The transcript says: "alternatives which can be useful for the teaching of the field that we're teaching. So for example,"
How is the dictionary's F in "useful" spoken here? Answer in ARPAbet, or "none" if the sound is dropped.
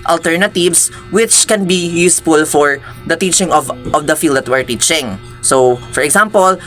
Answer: F